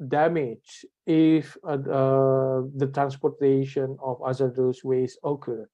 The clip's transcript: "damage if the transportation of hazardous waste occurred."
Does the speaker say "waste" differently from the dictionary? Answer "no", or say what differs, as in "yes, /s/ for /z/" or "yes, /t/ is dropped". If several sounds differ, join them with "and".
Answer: yes, /t/ is dropped